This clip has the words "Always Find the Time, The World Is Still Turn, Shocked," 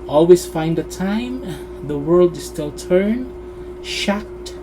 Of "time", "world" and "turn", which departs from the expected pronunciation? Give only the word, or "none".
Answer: none